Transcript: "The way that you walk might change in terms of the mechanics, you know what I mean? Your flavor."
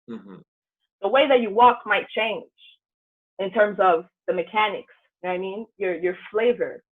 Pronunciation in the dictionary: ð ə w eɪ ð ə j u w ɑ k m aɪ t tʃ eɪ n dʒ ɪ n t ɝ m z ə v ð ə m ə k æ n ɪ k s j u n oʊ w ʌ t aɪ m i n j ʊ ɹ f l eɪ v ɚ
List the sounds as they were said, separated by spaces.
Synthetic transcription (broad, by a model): ð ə w eɪ ð ə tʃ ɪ w ɑ k m aɪ t tʃ eɪ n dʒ ɪ n t ɝ m z ə v ð ə m ə k æ n ɪ k s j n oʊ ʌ aɪ m i n j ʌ ɹ f l eɪ v ɚ